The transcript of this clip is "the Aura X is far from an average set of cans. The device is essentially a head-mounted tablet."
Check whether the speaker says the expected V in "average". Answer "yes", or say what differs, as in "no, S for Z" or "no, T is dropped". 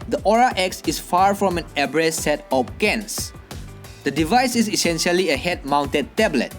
no, B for V